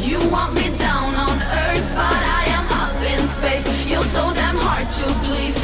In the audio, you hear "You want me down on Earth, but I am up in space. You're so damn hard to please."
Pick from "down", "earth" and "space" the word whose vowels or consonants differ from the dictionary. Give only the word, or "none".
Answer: none